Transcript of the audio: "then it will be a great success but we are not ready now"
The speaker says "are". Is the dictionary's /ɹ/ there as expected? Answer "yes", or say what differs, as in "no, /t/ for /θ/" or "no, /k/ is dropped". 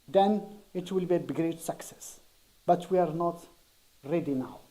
yes